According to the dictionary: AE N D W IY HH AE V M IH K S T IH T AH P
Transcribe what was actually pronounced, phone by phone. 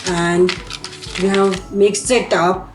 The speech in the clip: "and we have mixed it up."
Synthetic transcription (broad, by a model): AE N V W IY HH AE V M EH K S IH T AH P